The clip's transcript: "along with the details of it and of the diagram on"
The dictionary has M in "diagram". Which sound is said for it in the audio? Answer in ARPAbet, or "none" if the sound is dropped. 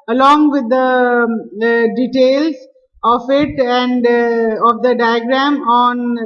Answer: M